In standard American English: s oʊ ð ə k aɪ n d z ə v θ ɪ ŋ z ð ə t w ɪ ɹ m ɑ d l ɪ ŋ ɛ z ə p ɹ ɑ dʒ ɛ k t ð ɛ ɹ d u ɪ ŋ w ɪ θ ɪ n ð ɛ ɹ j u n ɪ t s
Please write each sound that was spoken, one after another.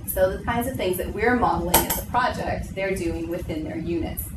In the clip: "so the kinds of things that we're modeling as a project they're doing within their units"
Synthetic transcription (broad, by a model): s oʊ ð ə k aɪ n d z ə v θ ɪ ŋ z ð ə t w ɪ ɹ m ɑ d l ɪ ŋ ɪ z ə p ɹ ɑ dʒ ɛ k t ð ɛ ɹ d u ɪ ŋ w ɪ θ ɪ n ð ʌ ɹ j u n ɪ t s